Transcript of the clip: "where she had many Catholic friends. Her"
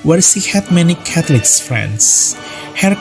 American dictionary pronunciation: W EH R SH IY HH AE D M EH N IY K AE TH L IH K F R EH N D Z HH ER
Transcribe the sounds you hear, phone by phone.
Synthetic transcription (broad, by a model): W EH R S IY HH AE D M EH N IY K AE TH L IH K F R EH N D S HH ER